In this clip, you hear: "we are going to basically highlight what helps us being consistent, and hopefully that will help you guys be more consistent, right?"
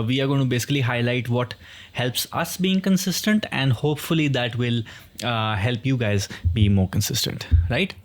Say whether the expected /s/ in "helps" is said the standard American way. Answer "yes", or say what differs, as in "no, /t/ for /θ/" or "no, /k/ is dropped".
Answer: yes